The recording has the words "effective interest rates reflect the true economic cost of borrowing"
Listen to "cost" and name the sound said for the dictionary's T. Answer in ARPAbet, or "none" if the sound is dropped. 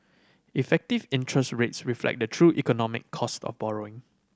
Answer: T